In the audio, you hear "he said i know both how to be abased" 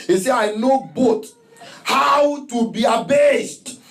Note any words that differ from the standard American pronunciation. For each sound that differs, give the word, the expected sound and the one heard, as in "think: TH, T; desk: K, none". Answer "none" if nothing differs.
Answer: said: D, none; both: TH, T